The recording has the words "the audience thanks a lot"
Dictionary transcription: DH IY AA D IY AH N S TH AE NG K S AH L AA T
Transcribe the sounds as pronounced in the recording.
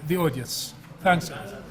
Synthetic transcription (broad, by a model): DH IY AA D IY AH N S TH AE NG K S